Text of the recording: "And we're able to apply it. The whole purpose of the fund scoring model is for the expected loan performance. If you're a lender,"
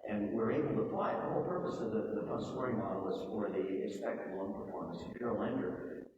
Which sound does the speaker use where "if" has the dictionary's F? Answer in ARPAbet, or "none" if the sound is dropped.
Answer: P